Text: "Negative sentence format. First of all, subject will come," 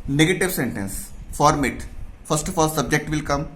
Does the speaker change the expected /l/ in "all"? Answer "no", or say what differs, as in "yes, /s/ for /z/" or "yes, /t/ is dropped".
no